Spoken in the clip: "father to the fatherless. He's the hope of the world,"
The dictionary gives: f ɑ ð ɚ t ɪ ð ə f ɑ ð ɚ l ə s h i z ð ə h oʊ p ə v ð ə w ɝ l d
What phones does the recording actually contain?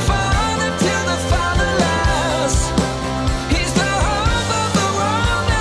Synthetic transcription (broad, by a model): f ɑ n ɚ t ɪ ð ə f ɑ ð ɚ l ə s h i z ð ə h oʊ ə v ð ə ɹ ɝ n